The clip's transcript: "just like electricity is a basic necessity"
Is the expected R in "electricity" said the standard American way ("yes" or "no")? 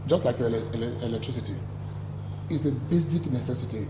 yes